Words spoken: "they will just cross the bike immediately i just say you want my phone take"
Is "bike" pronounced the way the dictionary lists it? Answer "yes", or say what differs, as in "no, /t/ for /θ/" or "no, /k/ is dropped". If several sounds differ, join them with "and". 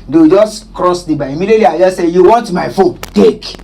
no, /k/ is dropped